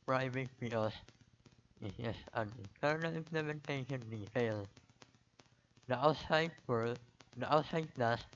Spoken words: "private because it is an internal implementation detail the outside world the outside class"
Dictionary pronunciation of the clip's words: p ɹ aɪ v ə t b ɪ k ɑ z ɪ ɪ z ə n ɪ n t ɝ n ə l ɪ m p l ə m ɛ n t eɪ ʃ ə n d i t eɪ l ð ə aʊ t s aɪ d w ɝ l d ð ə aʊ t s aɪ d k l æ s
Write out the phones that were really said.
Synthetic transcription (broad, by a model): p ɹ aɪ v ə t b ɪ ɑ s ɪ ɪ s ə n ɪ n t ɝ n ə l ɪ m p l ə m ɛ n t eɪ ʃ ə n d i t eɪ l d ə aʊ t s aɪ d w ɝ d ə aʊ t s aɪ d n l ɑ s